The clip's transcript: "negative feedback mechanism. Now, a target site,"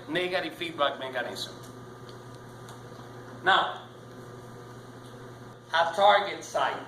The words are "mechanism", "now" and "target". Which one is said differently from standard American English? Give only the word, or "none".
mechanism